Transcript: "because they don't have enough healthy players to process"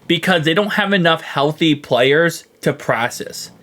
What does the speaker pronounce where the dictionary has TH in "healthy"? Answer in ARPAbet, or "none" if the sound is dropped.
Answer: TH